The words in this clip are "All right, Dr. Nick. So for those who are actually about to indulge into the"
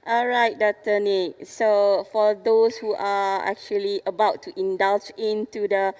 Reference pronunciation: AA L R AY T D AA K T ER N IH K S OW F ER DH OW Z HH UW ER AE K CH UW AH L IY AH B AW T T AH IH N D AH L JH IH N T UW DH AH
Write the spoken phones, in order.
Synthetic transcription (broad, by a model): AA L R AY T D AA T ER N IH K S OW F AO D OW S HH UW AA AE K CH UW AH L IY AH B AW T T AH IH N D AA L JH IH N T UW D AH